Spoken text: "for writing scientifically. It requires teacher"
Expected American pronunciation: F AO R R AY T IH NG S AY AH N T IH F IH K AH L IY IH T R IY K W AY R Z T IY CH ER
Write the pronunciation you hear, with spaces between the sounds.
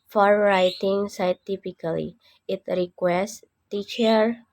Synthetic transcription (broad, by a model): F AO R R AY T IH NG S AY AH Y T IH P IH K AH L IY IH T R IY K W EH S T T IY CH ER